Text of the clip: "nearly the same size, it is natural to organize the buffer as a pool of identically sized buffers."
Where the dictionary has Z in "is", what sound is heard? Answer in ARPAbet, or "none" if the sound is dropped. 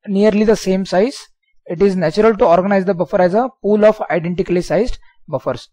Z